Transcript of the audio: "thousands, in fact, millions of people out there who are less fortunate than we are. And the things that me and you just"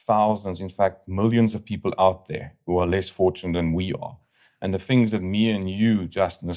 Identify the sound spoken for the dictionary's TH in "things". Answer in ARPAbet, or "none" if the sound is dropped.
TH